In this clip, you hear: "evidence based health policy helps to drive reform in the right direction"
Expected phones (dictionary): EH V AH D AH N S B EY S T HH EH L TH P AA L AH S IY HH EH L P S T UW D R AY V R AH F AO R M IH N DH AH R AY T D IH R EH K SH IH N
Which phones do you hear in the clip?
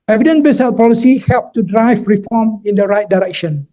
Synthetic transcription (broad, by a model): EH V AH D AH N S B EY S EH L P AA L AH S IY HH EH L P T UW D R AY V R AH F AO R M IH N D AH R AY T D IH R EH K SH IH N